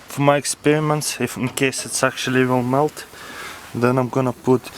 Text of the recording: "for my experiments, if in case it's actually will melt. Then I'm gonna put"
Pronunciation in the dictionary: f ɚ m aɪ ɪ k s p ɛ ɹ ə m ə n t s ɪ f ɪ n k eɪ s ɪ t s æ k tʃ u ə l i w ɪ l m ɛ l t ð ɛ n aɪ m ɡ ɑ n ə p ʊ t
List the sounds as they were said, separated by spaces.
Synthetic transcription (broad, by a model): f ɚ m aɪ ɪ k s p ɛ ɹ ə m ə n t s ɪ f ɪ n k eɪ s ɪ t s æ k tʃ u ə l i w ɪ l m ɛ l t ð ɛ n aɪ m ɡ ɑ n ə p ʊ t